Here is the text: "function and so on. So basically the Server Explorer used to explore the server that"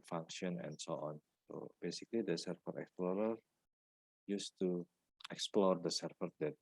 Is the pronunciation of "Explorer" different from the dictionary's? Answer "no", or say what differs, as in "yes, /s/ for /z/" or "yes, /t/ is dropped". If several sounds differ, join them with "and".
no